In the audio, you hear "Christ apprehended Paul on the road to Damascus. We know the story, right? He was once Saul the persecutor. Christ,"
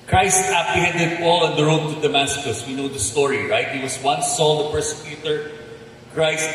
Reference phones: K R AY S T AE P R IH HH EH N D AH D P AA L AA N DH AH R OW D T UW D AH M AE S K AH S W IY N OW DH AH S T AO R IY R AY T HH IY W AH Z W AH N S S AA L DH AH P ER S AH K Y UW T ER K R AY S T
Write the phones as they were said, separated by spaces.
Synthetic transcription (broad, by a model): K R AY S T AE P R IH HH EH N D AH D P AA L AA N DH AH R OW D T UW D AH M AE S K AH S W IY N OW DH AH S T AO R IY R AY T HH IY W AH S W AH N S S AA L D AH P ER S AH K Y UW T ER K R AY S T